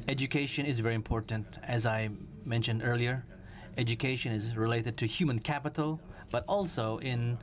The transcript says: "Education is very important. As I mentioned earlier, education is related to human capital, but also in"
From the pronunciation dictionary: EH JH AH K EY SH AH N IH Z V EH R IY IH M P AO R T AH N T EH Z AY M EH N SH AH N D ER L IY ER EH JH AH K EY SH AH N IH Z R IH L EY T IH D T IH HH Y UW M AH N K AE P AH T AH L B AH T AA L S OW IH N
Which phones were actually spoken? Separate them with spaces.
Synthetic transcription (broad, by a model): EH JH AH K EY SH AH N IH Z V EH R IY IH M P AO R T N T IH Z AY M EH N SH AH N D ER L IY ER EH JH AH K EY SH AH N IH Z R IH L EY T IH D T IH HH Y UW M AH N K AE P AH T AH L B AH T AA L S OW IH N